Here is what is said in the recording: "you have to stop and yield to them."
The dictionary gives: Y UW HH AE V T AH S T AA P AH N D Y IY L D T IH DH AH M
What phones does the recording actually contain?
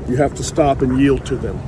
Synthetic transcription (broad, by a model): Y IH HH AE F T AH S T AA P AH N Y IY L D T IH DH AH M